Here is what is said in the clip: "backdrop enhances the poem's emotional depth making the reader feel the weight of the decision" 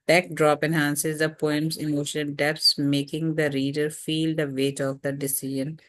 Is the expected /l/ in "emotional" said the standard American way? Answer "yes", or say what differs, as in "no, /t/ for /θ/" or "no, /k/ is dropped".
no, /n/ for /l/